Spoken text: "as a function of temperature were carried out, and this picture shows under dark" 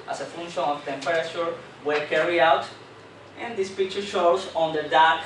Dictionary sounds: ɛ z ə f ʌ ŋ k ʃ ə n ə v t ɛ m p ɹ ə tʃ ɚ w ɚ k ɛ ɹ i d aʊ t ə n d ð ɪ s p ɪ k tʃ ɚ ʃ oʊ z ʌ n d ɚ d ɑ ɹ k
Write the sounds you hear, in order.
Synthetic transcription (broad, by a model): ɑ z ə f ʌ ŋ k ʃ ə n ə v t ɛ m p ɹ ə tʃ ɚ w ɚ k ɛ ɹ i aʊ t ə n d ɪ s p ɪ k tʃ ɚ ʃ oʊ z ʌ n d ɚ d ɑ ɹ k